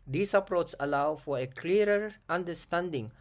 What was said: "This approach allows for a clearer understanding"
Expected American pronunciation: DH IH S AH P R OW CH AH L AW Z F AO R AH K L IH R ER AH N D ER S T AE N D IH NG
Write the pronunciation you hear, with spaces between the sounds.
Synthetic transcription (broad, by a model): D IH S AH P R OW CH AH L AW F AO R AH K L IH R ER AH N D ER S T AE N D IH NG